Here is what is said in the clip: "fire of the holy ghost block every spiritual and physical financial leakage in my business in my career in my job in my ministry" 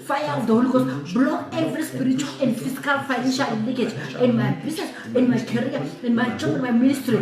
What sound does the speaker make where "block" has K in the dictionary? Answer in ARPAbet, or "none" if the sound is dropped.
none